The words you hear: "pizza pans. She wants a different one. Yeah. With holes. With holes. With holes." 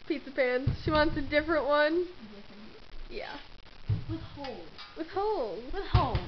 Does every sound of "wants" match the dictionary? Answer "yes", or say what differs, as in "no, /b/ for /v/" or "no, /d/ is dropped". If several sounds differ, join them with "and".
yes